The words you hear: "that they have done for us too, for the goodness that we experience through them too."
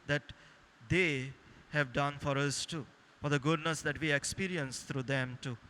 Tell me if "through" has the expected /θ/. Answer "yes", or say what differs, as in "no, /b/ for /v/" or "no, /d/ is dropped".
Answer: no, /t/ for /θ/